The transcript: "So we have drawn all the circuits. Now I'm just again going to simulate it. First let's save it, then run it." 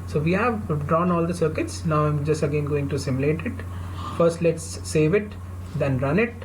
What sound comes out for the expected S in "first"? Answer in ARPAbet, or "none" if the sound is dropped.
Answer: S